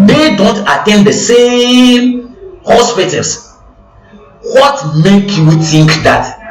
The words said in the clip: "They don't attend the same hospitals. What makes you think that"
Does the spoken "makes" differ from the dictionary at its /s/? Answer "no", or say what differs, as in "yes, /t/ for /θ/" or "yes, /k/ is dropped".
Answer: yes, /s/ is dropped